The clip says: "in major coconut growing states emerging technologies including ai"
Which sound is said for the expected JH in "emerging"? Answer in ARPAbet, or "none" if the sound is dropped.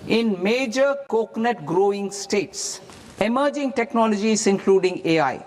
JH